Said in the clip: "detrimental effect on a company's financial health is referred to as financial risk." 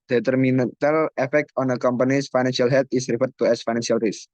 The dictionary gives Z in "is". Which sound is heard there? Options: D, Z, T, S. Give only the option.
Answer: S